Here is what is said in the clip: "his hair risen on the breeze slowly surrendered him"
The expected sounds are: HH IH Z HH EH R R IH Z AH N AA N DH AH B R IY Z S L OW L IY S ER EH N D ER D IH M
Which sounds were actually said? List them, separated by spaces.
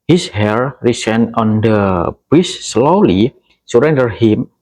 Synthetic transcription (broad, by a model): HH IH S HH EH R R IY S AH N AA N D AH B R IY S S L OW L IY S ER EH N D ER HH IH M